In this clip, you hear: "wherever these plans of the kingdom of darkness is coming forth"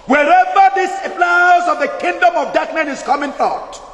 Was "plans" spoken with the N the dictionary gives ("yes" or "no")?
no